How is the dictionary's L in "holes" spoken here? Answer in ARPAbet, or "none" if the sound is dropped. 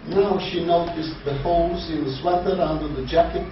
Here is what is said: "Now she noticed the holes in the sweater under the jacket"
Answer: none